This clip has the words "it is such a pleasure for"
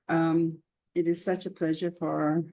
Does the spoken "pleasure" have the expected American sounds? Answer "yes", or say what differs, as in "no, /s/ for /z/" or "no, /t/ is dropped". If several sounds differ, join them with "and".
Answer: yes